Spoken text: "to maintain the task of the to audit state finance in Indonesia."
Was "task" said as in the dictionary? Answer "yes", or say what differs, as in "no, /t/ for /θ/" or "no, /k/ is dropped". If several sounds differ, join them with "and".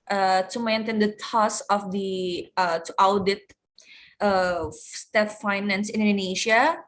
no, /k/ is dropped